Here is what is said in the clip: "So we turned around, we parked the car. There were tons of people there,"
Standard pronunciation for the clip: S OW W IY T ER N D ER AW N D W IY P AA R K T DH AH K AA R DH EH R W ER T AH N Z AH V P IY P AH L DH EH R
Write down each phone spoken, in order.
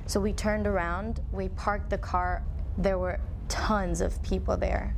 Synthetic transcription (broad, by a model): S OW W IY T ER N D ER AW N D W IY P AA R K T DH AH K AA R DH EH R W ER T AH N Z AH V P IY P L DH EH R